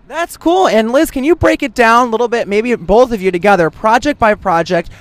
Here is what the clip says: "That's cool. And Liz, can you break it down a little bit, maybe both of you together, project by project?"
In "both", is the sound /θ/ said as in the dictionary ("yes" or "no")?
yes